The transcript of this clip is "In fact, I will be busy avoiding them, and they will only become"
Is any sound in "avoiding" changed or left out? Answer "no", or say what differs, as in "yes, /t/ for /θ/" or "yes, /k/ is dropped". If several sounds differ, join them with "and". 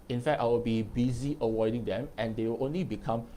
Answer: yes, /w/ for /v/